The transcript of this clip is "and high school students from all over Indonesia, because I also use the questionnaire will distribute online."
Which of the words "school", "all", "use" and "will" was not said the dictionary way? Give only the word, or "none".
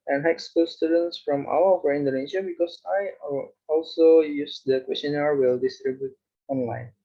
all